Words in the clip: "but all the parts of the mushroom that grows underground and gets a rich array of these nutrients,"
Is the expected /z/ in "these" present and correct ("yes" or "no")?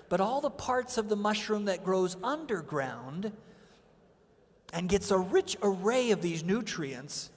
yes